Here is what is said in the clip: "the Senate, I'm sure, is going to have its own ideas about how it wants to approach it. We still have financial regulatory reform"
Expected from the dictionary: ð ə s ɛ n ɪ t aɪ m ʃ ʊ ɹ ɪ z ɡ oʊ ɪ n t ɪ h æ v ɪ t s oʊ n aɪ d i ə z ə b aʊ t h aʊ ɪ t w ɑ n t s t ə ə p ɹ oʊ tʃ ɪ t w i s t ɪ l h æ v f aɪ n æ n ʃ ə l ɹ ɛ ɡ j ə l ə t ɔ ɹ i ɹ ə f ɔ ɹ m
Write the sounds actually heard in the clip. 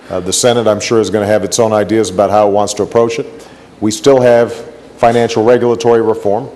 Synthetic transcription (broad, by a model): ð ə s ɛ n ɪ t aɪ m ʃ ʊ ɹ ɪ z ɡ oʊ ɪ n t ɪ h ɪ v ɪ t s oʊ n aɪ d i ə z ə b aʊ t h aʊ ɪ t w ɑ n t s t ə ə p ɹ oʊ tʃ ɪ t w i s t ɪ l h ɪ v f aɪ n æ n ʃ l ɹ ɛ ɡ j l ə t ɔ ɹ i ɹ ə f ɔ ɹ m